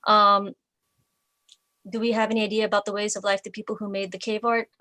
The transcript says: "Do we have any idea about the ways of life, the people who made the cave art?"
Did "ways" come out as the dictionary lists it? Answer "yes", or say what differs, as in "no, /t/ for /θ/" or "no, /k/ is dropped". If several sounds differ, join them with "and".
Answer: yes